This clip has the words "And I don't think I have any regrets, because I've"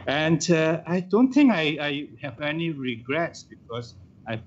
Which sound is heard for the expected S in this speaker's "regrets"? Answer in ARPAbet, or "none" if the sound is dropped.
S